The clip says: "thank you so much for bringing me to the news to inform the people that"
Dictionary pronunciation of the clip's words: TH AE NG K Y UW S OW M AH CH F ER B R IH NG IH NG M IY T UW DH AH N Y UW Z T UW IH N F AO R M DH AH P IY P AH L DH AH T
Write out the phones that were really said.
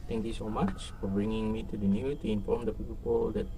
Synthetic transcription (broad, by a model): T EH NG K Y UW S OW M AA CH F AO B R IH NG IH NG M IY T UW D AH N Y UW T UW IH N F AO R M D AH P IY P AH L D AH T